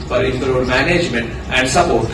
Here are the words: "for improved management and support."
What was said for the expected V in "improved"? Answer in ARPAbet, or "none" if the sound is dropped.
none